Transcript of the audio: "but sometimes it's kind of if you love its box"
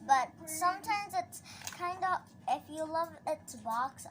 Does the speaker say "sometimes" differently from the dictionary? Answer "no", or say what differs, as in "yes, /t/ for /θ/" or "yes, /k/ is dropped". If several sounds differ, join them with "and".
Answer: no